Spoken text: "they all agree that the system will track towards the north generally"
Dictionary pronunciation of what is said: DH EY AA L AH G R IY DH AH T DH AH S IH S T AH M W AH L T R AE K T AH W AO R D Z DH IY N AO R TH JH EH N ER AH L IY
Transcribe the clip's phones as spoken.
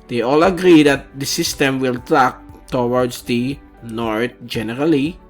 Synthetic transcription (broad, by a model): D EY AA L AH G R IY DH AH T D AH S IH S T AH M W AH L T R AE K T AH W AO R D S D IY N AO R T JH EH N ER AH L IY